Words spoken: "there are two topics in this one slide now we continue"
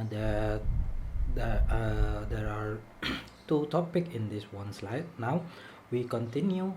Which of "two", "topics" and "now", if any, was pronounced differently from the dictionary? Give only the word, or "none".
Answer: topics